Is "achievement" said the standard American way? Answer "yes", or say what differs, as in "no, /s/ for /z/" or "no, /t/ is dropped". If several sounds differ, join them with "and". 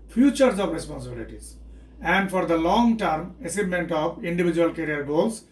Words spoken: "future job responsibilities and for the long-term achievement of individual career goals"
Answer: no, /s/ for /tʃ/ and /v/ is dropped